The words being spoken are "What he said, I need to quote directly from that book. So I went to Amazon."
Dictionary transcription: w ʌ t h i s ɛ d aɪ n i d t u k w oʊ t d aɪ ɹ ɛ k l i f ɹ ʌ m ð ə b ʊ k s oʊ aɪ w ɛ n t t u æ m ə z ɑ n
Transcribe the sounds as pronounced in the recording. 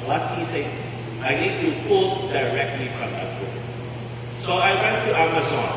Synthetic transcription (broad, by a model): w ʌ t h i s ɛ aɪ n i d t u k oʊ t d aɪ ɹ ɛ k l i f ɹ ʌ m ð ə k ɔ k s oʊ aɪ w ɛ n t t u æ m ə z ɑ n